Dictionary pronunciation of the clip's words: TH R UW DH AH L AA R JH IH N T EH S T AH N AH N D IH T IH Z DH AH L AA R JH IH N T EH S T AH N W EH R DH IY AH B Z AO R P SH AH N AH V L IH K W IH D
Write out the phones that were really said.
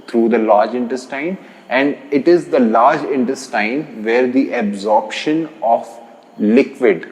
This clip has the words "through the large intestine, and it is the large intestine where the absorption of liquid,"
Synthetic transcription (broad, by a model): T R UW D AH L AA R JH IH N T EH S T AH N AH N D IH T IH Z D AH L AA R JH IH N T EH S T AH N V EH R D IY AH B Z AO R P SH AH N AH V L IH K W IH D